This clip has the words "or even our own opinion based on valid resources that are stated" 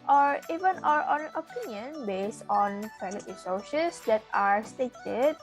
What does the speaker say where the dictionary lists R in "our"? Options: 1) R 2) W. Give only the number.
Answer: 1